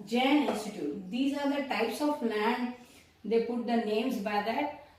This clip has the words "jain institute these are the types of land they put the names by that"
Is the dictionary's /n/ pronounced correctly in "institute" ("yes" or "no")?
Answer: no